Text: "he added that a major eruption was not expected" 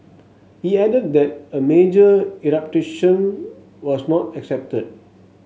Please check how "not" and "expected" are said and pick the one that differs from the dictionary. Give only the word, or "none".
expected